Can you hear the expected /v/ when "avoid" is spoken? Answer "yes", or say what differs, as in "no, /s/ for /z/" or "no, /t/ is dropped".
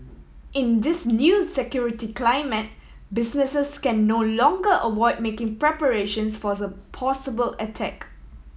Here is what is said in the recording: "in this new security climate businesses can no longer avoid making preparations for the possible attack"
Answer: no, /w/ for /v/